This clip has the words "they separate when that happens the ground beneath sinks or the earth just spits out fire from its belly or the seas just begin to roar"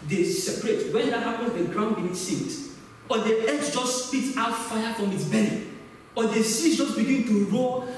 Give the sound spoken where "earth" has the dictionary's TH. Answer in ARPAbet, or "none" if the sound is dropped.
S